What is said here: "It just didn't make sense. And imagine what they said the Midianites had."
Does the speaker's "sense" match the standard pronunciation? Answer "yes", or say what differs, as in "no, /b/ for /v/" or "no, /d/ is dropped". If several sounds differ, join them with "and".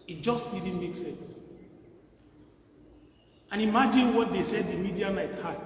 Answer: yes